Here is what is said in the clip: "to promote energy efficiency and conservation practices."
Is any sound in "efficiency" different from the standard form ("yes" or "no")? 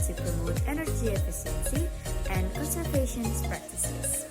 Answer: yes